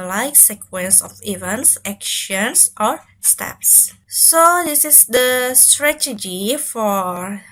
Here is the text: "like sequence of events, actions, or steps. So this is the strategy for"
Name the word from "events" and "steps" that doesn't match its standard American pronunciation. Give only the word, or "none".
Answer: none